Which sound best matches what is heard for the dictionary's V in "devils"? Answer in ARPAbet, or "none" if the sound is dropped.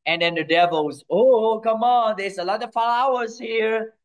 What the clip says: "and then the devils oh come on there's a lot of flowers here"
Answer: V